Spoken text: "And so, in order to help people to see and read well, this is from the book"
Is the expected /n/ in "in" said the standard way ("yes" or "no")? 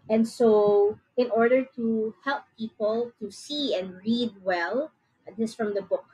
yes